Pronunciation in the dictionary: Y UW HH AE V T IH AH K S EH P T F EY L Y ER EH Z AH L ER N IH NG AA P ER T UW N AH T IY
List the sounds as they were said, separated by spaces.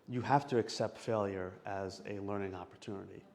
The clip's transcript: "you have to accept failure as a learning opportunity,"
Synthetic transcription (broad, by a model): Y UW HH AE F T IH AH K S EH P T F EY L Y ER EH Z AH L ER N IH NG AA P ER T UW N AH T IY